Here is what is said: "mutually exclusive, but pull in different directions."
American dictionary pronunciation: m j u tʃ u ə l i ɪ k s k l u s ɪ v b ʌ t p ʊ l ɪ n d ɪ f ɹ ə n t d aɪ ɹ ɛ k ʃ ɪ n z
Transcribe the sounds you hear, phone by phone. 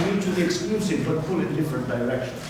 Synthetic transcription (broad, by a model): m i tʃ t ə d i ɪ k s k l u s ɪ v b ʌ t f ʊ l ɪ n d ɪ f ɹ ə n t d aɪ ɹ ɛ k ʃ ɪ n